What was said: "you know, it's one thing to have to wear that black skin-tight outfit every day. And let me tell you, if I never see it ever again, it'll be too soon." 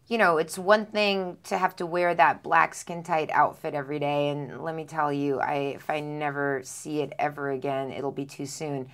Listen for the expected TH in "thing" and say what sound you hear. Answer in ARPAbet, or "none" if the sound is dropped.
TH